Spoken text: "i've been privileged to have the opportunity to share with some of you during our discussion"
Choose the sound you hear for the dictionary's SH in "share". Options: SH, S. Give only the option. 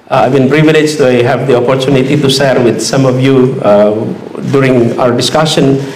S